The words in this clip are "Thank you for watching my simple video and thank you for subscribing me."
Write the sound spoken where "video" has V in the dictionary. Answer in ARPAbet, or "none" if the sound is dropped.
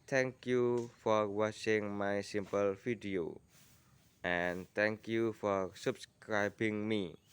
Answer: F